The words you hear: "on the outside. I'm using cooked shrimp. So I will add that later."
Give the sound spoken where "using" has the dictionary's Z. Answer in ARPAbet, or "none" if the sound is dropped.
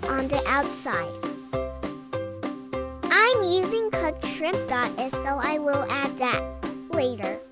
Z